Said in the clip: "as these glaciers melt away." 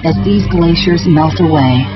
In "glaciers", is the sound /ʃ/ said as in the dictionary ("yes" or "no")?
yes